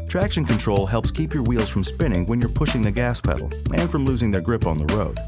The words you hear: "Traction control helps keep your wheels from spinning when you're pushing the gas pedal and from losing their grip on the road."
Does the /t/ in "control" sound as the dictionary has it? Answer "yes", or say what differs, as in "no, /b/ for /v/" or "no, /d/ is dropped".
yes